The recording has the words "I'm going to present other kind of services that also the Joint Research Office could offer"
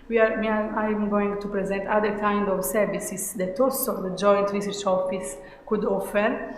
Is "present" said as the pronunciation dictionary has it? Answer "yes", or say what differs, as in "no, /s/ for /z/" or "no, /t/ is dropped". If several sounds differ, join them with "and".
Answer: yes